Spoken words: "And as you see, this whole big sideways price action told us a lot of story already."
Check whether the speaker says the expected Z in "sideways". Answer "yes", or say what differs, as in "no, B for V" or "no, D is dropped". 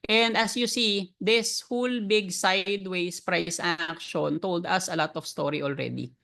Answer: no, S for Z